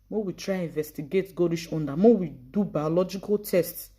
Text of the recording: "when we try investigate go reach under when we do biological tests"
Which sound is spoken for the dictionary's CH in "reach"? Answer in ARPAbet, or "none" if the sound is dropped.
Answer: SH